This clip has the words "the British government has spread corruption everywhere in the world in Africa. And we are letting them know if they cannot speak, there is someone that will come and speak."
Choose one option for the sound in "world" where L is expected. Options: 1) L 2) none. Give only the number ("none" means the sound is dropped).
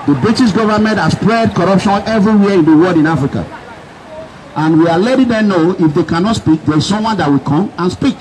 2